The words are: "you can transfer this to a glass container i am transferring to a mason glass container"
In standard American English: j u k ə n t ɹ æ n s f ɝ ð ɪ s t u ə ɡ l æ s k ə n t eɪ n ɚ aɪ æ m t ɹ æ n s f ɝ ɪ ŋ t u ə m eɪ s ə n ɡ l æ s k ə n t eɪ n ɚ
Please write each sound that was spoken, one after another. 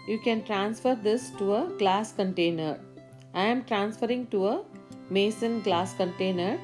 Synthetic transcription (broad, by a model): j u k ə n t ɹ æ n s f ɝ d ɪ s t u ə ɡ l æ s k ə n t eɪ n ɚ aɪ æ m t ɹ æ n s f ɝ ɪ ŋ t u ə m eɪ s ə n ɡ l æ s k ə n t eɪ n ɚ